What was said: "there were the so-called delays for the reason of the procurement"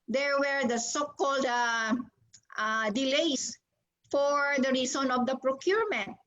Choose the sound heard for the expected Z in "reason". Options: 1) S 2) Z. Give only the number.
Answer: 1